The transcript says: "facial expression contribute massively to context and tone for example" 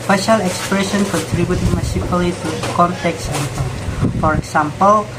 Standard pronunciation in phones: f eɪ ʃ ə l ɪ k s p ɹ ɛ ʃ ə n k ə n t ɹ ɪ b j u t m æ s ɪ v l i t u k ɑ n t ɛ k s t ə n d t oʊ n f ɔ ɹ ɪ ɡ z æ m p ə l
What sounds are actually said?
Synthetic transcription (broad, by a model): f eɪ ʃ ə l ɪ k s p ɹ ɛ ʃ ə n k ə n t ɹ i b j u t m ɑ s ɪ p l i t u k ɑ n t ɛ k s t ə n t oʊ f ɔ ɹ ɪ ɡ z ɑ m p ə l